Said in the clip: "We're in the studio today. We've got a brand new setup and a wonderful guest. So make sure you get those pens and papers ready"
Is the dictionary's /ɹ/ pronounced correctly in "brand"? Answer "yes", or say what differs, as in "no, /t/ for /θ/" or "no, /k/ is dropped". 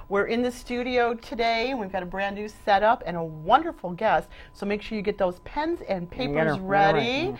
yes